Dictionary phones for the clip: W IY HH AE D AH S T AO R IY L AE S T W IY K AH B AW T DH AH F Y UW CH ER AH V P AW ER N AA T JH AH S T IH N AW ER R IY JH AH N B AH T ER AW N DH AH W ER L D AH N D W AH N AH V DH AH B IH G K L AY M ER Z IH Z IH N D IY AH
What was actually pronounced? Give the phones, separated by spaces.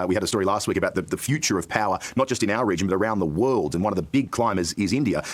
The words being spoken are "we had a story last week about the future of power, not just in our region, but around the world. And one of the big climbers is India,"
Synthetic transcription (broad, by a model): W IY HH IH D AH S T AO R IY L AE S T W IY K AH B AW T DH AH F Y UW CH ER AH V P AW ER N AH T JH AH S T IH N AW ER R IY JH AH N B AH T ER AW N DH AH W ER L D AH N W AH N AH V DH AH B IH G K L AY M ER Z IH Z IH N D IY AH